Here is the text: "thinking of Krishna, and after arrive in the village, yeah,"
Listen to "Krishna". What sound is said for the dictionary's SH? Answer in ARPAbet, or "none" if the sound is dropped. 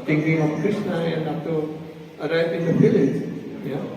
S